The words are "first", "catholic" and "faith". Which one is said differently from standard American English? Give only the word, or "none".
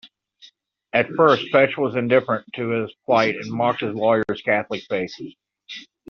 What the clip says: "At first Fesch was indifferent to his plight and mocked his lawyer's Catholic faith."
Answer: faith